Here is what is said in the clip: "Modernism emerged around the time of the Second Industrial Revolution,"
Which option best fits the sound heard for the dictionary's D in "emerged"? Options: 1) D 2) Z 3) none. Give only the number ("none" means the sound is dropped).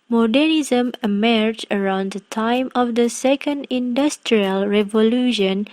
3